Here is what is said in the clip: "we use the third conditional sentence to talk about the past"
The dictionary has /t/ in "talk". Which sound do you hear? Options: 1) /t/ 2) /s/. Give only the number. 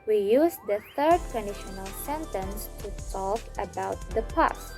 2